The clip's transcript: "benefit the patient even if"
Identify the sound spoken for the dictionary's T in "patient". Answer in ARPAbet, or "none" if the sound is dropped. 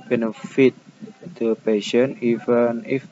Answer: none